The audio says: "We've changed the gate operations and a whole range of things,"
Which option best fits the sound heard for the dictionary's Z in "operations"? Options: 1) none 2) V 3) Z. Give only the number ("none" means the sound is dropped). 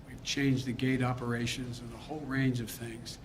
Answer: 3